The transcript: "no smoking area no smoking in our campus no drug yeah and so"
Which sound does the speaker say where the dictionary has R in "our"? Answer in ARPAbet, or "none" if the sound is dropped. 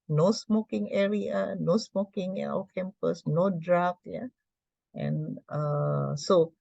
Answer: W